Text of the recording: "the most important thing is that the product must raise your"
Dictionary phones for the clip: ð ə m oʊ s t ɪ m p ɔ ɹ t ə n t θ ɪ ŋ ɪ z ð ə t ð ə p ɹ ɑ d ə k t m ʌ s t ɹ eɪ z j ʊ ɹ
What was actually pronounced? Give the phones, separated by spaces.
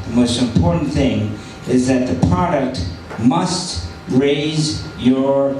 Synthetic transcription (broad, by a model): ð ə m oʊ s t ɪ m p ɔ ɹ t n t θ ɪ ŋ ɪ z ð ə t ð ə p ɹ ɑ d ə k t m ʌ s t ɹ eɪ z j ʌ ɹ